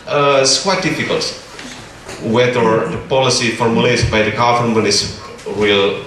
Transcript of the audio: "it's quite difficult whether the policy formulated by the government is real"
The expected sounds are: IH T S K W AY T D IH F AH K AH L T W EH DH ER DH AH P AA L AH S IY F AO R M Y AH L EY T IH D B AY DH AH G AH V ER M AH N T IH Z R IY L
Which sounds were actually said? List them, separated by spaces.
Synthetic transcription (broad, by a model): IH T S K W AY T D IH F AH K AH L T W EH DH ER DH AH P AA L AH S IY F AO R M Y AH L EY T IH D B AY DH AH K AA F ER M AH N IH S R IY L